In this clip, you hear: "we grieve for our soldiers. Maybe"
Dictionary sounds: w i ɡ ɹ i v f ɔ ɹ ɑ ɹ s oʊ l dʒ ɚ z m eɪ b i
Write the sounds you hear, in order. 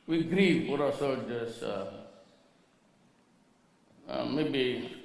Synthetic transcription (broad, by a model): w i ɡ ɹ i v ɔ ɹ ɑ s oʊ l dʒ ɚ s m eɪ b i